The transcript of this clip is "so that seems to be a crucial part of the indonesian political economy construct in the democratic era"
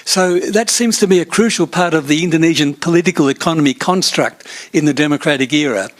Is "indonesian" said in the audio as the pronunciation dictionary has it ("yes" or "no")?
yes